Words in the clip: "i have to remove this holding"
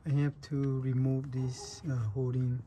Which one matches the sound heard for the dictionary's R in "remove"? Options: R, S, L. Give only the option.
R